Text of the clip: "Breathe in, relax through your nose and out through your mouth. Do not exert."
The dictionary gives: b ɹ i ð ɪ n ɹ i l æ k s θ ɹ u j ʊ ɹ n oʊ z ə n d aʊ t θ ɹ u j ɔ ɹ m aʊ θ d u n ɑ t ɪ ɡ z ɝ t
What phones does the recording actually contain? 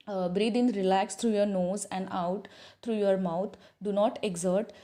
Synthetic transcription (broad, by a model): b ɹ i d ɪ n ɹ i l æ k s t ɹ u j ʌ ɹ n oʊ z ə n d aʊ t t ɹ u j ɔ ɹ m aʊ t d u n ɑ t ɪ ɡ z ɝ t